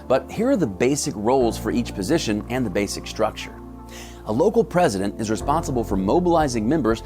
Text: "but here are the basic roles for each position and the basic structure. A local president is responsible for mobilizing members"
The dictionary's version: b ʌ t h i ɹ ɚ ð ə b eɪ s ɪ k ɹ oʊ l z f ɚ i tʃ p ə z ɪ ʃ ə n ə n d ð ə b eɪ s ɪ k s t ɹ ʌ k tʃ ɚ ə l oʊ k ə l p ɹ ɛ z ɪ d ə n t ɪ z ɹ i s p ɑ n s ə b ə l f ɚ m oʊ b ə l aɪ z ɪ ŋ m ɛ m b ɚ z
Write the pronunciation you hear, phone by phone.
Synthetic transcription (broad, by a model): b ʌ t h i ɹ ɚ ð ə b eɪ s ɪ k ɹ oʊ l z f ɚ i tʃ p ə z ɪ ʃ ə n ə n ð ə b eɪ s ɪ k s t ɹ ʌ k tʃ ɚ ə l oʊ k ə l p ɹ ɛ z ɪ d ə n t ɪ z ɹ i s p ɑ n s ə b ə l f ɚ m oʊ b ə l aɪ z ɪ ŋ m ɛ m b ɚ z